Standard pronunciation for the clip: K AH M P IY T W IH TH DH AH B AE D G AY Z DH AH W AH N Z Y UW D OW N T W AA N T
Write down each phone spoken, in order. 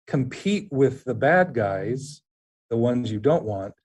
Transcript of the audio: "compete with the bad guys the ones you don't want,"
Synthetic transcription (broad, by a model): K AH M P IY T W IH DH AH B AE D G AY Z DH AH W AH N Z Y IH D OW N T W AA N T